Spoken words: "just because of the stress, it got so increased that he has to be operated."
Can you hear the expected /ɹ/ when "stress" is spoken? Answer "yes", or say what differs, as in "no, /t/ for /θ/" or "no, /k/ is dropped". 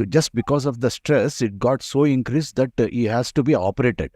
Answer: yes